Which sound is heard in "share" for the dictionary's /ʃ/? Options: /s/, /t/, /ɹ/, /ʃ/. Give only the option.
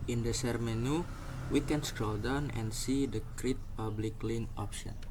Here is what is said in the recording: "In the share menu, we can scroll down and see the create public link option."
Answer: /s/